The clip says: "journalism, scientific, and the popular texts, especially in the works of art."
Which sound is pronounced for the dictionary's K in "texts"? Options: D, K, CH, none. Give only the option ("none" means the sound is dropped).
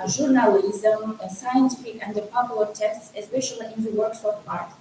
none